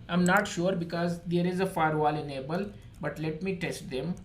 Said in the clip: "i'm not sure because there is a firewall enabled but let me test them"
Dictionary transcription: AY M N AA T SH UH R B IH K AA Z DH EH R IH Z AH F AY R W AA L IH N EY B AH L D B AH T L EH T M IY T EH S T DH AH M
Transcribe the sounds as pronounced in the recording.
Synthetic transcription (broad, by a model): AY M N AA T SH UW R B IH K AA Z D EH R IH Z AH F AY R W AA L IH N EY B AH L B AH T L EH T M IY T EH S T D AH M